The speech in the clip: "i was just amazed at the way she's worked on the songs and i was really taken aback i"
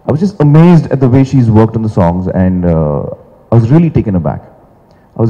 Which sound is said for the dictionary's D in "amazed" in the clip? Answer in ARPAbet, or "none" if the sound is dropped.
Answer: D